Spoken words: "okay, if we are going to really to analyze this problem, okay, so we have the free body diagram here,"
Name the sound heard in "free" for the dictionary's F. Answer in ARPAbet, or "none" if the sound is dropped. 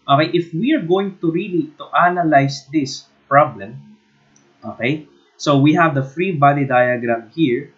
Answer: F